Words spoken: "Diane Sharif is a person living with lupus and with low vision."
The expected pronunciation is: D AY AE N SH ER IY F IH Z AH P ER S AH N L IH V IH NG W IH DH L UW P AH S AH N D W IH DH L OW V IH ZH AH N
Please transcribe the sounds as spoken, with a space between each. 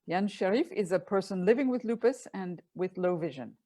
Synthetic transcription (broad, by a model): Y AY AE N SH ER IY F IH Z AH P ER S AH N L IH V IH NG W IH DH L UW P AH S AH N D W IH DH L OW V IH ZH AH N